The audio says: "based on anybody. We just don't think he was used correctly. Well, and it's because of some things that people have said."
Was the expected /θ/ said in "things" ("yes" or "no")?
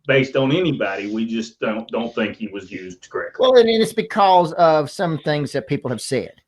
yes